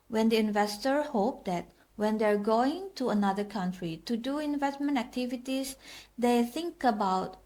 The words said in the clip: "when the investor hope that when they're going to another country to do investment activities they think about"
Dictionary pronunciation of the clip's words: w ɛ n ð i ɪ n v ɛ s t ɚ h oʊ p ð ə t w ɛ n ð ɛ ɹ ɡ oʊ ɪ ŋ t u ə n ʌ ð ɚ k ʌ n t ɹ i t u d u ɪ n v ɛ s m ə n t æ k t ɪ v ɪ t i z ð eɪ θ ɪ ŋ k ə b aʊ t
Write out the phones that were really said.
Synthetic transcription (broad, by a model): w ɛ n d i ɪ n v ɛ s t ɚ h oʊ p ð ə t w ɛ n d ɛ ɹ ɡ oʊ ɪ ŋ t u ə n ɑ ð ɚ k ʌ n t ɹ i t u d u ɪ n v ɛ s m ə n t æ k t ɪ v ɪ t i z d eɪ θ ɪ ŋ k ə b aʊ t